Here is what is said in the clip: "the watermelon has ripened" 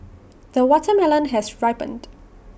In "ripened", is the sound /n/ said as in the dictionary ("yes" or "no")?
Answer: yes